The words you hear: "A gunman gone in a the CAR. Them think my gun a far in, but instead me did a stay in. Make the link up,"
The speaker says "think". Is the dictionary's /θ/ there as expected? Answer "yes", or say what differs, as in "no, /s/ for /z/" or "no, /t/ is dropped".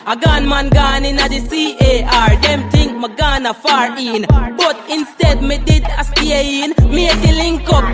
no, /t/ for /θ/